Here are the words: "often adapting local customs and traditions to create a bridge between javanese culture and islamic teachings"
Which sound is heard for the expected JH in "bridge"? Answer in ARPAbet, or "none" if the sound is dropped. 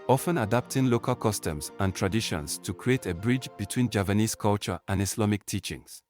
JH